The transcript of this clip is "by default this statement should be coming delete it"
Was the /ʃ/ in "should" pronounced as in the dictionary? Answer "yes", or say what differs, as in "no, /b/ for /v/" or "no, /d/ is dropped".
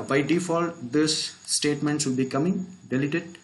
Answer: no, /s/ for /ʃ/